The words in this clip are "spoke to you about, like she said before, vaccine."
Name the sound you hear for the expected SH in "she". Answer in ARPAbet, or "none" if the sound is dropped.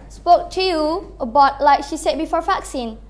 SH